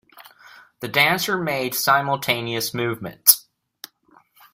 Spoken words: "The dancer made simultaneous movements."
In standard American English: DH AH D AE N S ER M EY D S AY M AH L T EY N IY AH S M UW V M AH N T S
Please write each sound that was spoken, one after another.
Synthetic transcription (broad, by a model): DH AH D AE N S ER M EY D S AY M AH L T EY N IY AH S M UW V M AH N T S